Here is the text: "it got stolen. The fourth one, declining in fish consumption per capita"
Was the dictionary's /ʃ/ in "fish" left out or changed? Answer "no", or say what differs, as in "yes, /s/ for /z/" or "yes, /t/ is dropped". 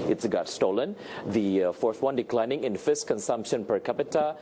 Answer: yes, /s/ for /ʃ/